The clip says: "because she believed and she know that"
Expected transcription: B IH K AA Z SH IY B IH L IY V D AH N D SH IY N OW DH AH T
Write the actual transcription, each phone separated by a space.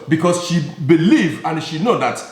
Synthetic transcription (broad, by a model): B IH K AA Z SH IY B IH L IY V AH N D SH IY N OW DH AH T